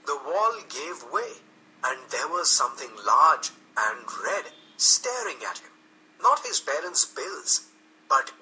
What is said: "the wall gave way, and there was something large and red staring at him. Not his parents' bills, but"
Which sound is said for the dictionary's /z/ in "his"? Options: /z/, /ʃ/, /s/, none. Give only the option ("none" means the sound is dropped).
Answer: /z/